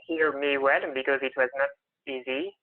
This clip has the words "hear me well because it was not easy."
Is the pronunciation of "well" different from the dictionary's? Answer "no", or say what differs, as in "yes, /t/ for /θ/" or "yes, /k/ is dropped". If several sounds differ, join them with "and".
yes, /n/ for /l/